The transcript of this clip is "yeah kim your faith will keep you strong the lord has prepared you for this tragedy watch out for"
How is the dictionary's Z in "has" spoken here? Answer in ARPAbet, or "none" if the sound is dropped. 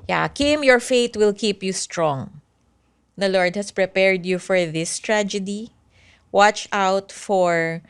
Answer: S